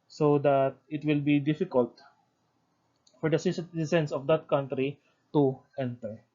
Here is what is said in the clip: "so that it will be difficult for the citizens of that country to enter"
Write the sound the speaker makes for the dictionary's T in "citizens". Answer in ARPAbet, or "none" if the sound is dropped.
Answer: S